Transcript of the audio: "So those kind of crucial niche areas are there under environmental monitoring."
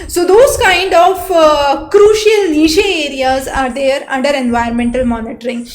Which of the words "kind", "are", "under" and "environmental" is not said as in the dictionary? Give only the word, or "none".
environmental